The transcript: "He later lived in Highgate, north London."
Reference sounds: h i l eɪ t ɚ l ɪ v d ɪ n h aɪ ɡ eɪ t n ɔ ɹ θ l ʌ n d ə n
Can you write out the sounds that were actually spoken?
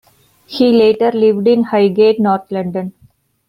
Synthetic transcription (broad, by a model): h i l eɪ t ɚ l ɪ v d ɪ n h aɪ ɡ eɪ t n ɔ ɹ t l ʌ n d ə n